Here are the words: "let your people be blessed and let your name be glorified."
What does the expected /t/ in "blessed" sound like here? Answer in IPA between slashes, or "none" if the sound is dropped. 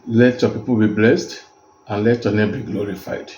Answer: /t/